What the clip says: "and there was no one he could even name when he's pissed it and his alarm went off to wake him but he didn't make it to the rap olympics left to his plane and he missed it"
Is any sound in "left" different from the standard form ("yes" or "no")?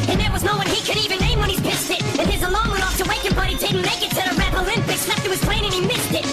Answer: yes